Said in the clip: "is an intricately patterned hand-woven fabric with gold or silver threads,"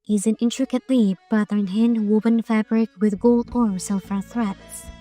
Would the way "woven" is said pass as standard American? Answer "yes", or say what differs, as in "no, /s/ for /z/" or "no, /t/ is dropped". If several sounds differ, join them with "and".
no, /b/ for /v/